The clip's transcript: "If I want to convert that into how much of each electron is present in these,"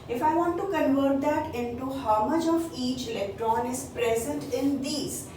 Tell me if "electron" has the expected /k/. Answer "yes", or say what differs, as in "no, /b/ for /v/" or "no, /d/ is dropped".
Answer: yes